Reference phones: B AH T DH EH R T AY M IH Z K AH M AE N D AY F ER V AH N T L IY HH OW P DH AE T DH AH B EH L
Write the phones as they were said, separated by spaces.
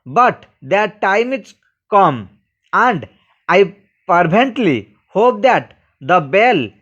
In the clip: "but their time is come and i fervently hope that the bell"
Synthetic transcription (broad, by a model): B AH T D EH R T AY M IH S K AH M AE N D AY P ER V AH N T L IY HH OW P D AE T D AH B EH L